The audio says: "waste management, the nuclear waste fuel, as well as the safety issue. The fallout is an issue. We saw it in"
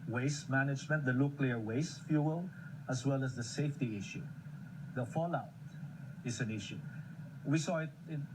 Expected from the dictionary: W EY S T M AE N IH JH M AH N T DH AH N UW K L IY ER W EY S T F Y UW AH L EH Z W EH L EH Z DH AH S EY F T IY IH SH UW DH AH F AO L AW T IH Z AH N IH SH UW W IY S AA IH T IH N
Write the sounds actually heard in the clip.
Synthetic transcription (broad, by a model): W EY S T M AE N IH JH M AH N T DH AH L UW K L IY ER W EY S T F Y UW AH L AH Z W EH L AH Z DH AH S EY F T IY IH SH UW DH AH F AO L AW T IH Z AH N IH SH UW W IY S AA IH T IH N